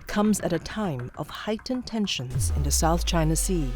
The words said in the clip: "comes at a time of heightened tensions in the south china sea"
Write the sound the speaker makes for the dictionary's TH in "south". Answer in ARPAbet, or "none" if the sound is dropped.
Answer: TH